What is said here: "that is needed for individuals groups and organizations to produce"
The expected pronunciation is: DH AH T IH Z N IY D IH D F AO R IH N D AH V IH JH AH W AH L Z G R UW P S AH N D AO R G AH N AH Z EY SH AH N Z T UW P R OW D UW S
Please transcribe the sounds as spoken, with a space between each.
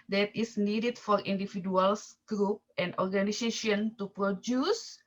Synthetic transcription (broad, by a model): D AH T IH S N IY D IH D F AO R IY N D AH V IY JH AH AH L S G R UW P AH N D AO R G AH N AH S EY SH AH N T UW P R OW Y UW S